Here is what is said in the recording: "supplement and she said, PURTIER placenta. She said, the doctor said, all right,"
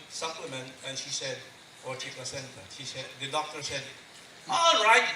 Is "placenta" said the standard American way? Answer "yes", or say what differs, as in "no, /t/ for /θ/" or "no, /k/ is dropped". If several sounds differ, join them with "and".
no, /l/ is dropped